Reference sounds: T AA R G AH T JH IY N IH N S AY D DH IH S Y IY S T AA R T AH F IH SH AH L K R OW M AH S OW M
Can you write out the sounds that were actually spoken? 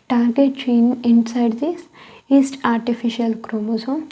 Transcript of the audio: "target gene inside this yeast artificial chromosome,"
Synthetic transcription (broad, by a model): T AA R G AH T CH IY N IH N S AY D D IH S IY S T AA R T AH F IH SH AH L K R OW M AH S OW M